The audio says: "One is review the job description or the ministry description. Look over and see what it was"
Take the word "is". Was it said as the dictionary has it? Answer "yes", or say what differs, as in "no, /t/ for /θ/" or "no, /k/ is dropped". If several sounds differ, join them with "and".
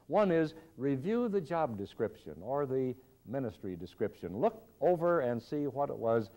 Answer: yes